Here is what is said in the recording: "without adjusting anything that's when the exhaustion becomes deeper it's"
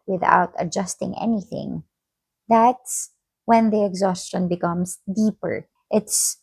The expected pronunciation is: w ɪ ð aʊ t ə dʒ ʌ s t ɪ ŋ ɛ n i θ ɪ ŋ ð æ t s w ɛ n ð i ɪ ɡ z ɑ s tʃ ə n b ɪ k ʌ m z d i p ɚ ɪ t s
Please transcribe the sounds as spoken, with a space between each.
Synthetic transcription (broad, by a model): w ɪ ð aʊ t ə dʒ ʌ s t ɪ ŋ ɛ n i θ ɪ ŋ ð æ t s w ɛ n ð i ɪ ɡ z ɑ s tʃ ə n b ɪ k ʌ m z d i p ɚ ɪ t s